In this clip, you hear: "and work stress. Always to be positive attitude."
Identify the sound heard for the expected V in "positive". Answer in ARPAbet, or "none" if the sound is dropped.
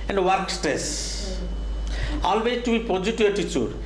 none